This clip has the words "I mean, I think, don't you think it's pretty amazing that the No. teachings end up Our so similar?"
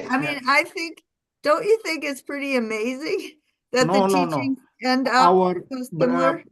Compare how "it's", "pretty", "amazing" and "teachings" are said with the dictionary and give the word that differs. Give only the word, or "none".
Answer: teachings